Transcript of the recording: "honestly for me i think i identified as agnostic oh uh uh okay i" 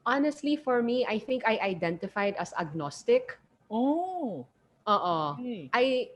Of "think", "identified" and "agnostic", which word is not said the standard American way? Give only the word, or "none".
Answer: none